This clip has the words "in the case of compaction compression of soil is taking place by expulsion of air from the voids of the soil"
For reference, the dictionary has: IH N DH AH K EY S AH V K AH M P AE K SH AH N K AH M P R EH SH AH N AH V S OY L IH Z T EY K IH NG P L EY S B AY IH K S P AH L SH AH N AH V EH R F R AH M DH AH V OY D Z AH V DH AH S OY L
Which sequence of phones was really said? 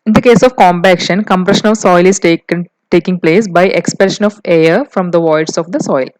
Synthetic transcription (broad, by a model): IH N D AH K EY S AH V K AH M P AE K SH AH N K AH M P R EH SH AH N AH V S OY L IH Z T EY K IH NG P L EY S B AY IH K S P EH SH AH N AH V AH R F R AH M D AH V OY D S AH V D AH S OY L